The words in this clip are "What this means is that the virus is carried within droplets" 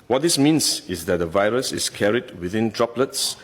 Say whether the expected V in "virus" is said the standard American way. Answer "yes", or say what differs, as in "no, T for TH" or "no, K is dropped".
yes